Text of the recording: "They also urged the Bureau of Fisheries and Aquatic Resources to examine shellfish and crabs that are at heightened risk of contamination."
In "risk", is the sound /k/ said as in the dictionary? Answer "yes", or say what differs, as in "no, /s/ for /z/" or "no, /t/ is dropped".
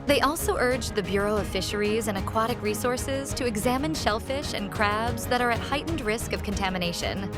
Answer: yes